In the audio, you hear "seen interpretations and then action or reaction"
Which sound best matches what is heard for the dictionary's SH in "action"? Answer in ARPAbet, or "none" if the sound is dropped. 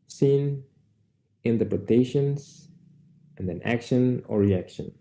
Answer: SH